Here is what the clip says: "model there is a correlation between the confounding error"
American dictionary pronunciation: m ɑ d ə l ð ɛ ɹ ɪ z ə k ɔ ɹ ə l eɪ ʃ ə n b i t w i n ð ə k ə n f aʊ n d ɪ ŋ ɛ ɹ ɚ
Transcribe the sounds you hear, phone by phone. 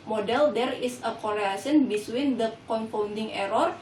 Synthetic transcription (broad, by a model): m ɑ d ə l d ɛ ɹ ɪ s ə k ɔ ɹ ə ɑ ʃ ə n b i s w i n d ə k ə n f aʊ n d ɪ ŋ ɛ ɹ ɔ